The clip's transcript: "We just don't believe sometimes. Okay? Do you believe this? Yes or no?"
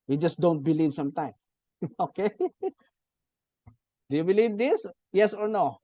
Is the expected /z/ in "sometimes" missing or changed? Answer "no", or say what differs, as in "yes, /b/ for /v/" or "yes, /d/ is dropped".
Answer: yes, /z/ is dropped